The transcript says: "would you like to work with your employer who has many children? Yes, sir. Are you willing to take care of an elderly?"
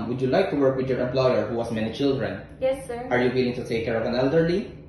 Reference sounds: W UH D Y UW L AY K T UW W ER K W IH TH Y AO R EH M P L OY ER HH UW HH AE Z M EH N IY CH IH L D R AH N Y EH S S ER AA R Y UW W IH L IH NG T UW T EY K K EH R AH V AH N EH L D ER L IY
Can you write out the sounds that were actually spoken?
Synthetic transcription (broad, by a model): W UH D Y UW L AY K T UW W ER K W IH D Y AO R EH M P L OY ER HH UW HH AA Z M EH N IY CH IH L D R AH N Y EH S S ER AA R Y UW W IH L IH NG T UW T EY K K EH R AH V AH N EH L D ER L IY